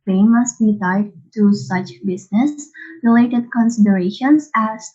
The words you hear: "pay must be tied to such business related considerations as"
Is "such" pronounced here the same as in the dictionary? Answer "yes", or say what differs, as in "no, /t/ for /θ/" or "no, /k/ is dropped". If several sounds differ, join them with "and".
yes